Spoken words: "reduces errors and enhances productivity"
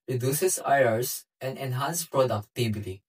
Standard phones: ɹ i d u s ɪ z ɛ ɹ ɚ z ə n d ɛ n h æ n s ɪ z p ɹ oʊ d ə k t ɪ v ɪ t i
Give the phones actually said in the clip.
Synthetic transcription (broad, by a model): ɹ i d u s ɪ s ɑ ɚ s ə n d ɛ n h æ n s p ɹ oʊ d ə k t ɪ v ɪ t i